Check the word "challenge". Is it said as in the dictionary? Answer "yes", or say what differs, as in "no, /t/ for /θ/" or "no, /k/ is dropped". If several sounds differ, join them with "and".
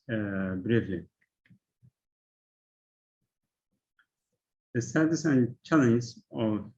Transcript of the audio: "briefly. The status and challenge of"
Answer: no, /z/ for /dʒ/